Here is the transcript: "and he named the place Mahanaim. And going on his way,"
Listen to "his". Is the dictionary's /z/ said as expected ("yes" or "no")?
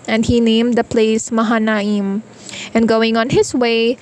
no